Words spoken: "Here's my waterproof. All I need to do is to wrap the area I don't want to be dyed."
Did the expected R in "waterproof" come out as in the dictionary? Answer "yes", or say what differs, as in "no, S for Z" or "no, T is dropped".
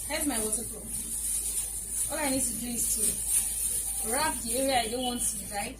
no, R is dropped